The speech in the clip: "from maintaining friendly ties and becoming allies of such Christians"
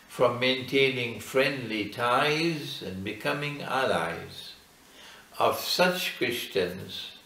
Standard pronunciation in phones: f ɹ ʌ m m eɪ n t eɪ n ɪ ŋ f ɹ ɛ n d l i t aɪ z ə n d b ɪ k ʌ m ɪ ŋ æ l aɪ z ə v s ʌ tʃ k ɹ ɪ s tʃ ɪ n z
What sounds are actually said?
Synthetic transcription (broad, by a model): f ɹ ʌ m m eɪ n t eɪ n ɪ ŋ f ɹ ɛ n d l i t aɪ z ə n b ɪ k ʌ m ɪ ŋ æ l aɪ z ə v s ʌ tʃ k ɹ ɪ s tʃ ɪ n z